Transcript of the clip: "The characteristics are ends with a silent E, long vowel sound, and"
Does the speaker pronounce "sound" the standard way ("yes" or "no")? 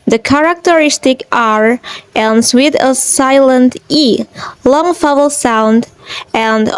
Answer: yes